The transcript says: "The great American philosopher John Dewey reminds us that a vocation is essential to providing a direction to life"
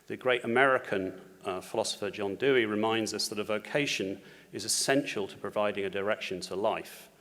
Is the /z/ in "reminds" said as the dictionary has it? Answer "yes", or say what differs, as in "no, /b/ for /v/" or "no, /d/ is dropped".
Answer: yes